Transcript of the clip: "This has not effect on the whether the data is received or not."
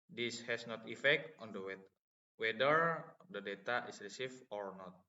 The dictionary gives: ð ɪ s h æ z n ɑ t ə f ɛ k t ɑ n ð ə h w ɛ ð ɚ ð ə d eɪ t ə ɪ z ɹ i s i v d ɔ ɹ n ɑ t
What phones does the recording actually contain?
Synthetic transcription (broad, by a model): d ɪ s h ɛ s n ɑ t ə f ɛ k t ɑ n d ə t w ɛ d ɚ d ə d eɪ t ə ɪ s ɹ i s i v ɔ ɹ n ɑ t